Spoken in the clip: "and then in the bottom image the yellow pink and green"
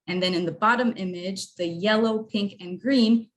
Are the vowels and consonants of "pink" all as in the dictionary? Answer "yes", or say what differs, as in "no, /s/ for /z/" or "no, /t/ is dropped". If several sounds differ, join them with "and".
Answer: yes